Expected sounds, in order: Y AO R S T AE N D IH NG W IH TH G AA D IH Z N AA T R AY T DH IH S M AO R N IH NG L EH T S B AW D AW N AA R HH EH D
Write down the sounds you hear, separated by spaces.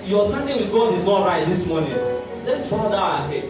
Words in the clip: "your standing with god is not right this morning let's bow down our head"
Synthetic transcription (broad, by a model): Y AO S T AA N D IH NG W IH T G AA D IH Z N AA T R AY T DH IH S M AO N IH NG L EH T S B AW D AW AA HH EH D